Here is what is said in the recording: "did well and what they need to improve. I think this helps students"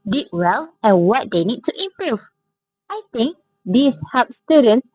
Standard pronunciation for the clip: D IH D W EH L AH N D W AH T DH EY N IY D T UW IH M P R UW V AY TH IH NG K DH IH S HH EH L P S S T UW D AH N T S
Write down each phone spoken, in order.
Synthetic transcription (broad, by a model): D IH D W EH L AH N W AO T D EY N IY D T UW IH M P R UW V AY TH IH NG K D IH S HH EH P S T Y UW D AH N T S